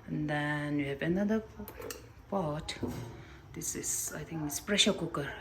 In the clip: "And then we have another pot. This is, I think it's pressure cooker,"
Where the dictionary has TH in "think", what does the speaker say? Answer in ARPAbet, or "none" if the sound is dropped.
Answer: T